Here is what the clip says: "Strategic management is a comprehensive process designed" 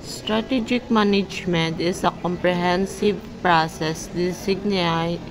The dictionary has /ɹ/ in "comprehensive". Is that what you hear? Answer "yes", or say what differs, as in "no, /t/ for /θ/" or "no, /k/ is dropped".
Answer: yes